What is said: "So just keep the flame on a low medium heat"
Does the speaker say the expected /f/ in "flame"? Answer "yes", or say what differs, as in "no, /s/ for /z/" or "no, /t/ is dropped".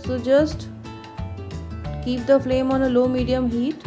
yes